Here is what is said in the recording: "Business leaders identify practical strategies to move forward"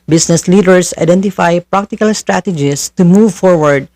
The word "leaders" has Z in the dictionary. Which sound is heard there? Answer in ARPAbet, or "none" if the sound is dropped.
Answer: S